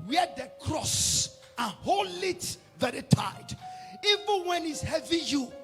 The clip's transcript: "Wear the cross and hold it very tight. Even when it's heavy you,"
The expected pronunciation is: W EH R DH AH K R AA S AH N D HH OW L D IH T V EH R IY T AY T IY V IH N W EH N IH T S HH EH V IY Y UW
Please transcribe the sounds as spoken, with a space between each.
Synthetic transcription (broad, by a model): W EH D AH K R AA S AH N HH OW L IH T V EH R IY T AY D IY V IH N W EH N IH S HH EH V IY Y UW